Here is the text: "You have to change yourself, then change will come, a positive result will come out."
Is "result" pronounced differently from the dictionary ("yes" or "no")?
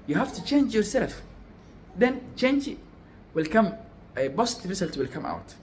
yes